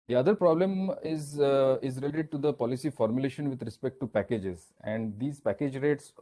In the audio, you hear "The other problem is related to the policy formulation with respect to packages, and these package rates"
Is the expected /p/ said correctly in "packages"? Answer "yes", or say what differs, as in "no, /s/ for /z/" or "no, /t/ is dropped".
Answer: yes